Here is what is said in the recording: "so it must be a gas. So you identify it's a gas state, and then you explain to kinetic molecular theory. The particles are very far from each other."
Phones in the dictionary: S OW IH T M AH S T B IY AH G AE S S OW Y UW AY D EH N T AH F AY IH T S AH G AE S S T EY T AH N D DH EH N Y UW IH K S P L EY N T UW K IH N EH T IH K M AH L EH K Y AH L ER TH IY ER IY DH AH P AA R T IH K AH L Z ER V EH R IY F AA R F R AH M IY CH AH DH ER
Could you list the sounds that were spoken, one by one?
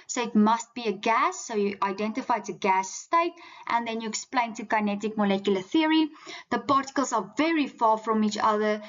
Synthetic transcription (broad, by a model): S OW IH T M AH S T B IY AH G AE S S OW Y UW AY D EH N T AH F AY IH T AH G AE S S T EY T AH N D DH EH N Y UW IH K S P L EY N T UW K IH N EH T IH K M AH L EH K Y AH L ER TH IY ER IY DH AH P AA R T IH K AH L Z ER V EH R IY F AA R F R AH M IY CH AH DH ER